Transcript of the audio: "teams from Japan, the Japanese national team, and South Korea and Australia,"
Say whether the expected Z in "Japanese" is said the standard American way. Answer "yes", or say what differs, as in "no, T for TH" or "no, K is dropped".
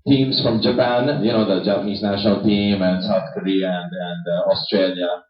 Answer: yes